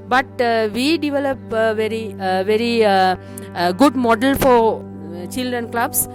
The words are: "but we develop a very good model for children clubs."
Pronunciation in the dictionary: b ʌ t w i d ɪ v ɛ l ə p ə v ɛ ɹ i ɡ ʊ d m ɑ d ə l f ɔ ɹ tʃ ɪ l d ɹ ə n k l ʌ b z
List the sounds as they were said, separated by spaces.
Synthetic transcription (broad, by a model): b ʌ t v i d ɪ v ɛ l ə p ə v ɛ ɹ i ɡ ʊ d m ɑ d ə l f ɔ ɹ tʃ ɪ l d ɹ ə n k l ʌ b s